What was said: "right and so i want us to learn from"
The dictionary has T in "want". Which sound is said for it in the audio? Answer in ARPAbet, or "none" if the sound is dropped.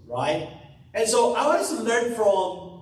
none